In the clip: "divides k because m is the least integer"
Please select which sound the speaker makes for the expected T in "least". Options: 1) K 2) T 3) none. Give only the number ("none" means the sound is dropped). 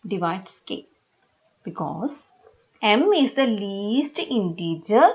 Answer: 2